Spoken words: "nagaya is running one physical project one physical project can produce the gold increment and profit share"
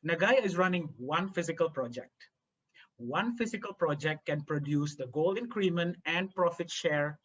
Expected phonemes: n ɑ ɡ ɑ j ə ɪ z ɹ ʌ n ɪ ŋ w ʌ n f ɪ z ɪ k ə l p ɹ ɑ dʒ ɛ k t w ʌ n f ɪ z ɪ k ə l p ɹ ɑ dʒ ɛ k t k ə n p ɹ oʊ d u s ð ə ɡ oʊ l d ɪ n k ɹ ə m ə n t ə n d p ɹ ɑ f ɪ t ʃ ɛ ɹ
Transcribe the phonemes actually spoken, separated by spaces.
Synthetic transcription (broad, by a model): n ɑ ɡ ɑ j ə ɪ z ɹ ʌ n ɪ ŋ w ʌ n f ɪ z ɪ k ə l p ɹ ɑ dʒ ɛ k t w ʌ n f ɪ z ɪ k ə l p ɹ ɑ dʒ ɛ k t k ə n p ɹ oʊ d u s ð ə ɡ oʊ l ɪ n k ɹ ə m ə n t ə n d p ɹ ɑ f ɪ t ʃ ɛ ɹ